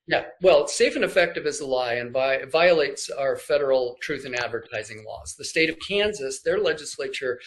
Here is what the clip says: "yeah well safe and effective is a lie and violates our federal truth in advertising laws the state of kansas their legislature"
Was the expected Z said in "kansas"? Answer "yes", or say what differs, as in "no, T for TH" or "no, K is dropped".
yes